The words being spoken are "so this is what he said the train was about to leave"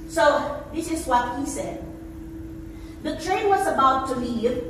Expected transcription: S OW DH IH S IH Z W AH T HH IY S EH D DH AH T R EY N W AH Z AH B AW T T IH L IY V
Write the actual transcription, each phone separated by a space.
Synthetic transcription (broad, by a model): S OW DH IH S IH Z W AH T HH IY S EH D DH AH T R EY N W AH Z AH B AW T T IH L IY